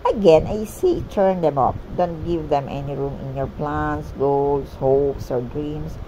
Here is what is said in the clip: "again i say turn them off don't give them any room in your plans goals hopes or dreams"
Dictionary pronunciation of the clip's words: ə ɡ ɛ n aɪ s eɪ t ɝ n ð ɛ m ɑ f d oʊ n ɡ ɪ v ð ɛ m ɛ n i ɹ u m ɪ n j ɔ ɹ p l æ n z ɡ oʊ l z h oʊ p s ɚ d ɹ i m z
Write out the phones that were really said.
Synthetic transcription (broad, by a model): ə ɡ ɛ n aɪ s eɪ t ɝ n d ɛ m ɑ p d oʊ n ɡ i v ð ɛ m ɛ n i ɹ u m ɪ n j ɔ ɹ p l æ n s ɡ oʊ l s h oʊ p s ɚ d ɹ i m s